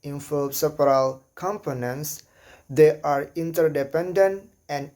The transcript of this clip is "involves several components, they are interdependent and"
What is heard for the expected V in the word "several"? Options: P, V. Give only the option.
P